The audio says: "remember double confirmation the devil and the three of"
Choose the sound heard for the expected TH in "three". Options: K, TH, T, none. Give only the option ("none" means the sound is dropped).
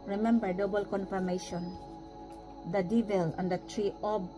T